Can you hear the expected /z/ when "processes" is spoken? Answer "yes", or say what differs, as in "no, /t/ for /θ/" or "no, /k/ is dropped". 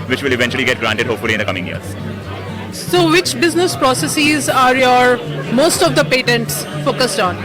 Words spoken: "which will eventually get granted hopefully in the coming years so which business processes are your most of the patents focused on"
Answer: yes